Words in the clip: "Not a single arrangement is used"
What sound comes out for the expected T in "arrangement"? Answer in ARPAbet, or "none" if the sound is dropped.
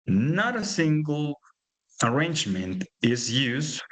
T